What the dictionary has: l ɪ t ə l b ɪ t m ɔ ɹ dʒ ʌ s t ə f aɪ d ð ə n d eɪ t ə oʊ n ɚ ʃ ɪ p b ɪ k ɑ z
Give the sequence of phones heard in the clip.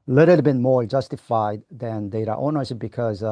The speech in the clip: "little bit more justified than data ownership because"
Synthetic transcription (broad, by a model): l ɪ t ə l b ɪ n m ɔ ɹ dʒ ʌ s t ə f aɪ d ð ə n d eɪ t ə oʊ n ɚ s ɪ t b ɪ k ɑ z